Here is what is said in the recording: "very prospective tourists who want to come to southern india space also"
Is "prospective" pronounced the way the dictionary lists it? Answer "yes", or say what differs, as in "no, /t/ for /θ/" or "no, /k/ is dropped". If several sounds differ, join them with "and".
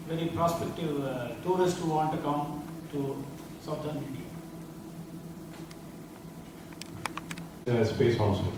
yes